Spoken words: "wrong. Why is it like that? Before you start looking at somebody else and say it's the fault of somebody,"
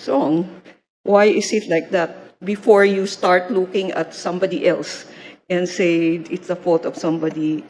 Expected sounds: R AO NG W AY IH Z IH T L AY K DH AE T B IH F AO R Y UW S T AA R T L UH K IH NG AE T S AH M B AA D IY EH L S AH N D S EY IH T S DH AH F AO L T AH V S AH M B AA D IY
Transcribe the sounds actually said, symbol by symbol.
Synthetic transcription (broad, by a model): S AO NG W AY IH S IH T L AY K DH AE T B IH F AO R Y UW S T AA R T L UH K IH NG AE T S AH M B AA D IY EH L S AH N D S EY IH T S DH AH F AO T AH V S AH M B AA D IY